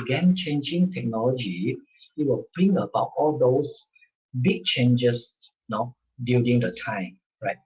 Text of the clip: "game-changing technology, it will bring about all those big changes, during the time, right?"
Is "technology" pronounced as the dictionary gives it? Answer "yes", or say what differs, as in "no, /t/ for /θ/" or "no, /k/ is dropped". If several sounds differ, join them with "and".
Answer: yes